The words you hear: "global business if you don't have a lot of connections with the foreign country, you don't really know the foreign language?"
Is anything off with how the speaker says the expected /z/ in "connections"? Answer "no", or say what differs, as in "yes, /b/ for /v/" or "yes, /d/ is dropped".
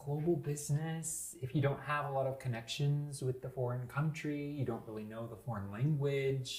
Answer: no